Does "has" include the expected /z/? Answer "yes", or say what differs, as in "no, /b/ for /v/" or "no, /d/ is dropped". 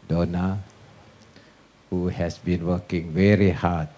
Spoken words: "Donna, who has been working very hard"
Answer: no, /s/ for /z/